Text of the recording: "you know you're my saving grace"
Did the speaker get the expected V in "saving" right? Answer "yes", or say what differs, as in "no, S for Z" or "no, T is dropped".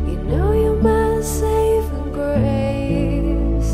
no, V is dropped